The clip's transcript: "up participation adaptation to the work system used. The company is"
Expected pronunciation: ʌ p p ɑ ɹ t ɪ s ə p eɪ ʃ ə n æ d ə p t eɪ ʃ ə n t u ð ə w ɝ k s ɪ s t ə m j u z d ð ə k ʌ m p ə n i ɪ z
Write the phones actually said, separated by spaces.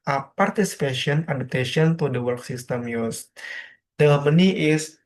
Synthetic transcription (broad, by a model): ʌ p p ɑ ɹ t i s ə p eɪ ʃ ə n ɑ d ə p t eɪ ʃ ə n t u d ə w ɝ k s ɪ s t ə m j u s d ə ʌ m ə n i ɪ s